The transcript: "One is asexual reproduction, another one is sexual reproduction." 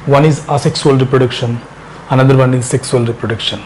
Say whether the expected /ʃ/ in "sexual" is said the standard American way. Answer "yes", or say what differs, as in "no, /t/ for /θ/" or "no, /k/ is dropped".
no, /s/ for /ʃ/